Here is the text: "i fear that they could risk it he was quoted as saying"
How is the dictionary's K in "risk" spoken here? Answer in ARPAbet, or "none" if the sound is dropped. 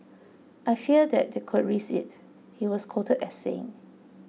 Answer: none